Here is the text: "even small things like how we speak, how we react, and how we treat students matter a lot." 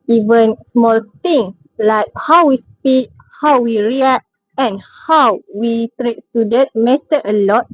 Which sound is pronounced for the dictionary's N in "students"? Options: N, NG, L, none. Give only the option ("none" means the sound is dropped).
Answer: none